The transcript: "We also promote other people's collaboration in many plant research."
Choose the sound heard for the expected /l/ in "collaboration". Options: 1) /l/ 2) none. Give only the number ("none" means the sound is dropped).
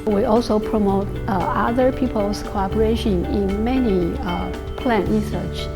2